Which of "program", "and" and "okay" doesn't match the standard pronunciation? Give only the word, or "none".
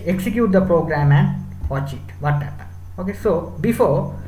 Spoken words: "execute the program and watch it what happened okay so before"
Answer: none